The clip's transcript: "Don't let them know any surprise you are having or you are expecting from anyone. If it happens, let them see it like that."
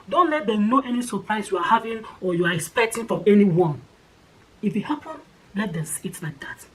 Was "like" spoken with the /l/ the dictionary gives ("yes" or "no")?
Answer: yes